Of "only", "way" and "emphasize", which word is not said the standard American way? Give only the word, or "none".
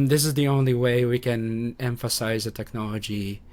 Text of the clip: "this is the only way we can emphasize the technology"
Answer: none